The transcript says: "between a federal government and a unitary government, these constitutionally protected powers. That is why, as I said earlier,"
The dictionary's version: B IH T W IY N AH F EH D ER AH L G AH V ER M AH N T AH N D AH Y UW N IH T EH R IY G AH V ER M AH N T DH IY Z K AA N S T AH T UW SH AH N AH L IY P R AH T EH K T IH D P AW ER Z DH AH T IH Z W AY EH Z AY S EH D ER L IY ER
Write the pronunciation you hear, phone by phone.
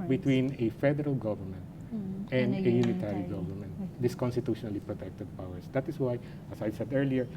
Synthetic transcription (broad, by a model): B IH T W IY N AH F EH D ER AH L G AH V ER M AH N T AH N D AH Y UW N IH T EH R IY G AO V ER M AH N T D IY S K AA N S T AH T UW SH AH N AH L IY P R AH T EH K T IH D P AW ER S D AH T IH S W AY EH S AY S EH D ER L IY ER